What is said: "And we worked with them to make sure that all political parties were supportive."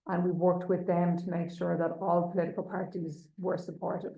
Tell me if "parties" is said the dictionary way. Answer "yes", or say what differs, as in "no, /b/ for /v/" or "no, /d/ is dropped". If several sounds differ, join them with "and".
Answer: yes